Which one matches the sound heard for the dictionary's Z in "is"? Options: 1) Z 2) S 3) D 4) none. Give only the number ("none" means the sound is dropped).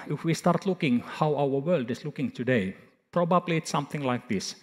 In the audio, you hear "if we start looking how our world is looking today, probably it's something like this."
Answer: 2